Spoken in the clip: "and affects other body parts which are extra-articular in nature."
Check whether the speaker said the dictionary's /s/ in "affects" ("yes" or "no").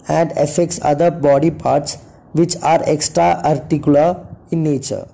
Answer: yes